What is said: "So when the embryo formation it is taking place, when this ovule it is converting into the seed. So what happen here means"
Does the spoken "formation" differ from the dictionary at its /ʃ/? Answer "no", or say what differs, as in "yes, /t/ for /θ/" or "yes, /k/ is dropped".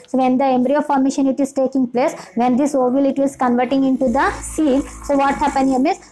no